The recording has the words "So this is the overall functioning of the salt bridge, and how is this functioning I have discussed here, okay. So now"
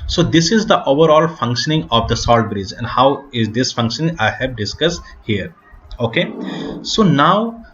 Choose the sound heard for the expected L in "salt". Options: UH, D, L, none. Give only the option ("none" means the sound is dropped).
L